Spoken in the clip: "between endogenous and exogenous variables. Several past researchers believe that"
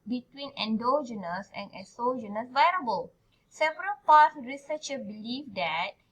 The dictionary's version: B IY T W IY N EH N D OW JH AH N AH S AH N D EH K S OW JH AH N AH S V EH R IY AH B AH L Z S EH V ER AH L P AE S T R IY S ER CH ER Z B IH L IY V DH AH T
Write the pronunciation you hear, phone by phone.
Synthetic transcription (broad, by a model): B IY T W IY N EH N D OW JH AH N AH S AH N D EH S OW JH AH N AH S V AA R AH B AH L S EH V ER AH L P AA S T R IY S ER CH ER B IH L IY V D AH T